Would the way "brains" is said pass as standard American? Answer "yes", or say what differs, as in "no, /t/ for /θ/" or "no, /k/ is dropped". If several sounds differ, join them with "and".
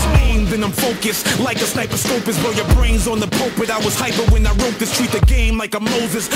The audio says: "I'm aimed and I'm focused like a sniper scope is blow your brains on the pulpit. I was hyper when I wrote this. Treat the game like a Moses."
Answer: yes